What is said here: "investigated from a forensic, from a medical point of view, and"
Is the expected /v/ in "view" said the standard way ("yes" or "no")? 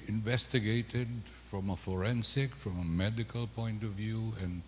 yes